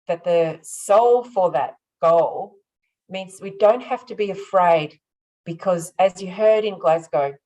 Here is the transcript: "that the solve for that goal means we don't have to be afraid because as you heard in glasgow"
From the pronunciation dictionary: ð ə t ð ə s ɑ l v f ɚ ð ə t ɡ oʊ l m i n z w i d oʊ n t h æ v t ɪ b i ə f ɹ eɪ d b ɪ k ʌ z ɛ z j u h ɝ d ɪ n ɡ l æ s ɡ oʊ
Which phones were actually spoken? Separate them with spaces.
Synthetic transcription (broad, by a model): ð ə t ð ə s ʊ l f ɚ ð ə t ɡ oʊ l m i n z w i d oʊ n t h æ f t ɪ b i ə f ɹ eɪ d b ɪ k ʌ z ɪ z j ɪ h ɝ d ɪ n ɡ l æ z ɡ oʊ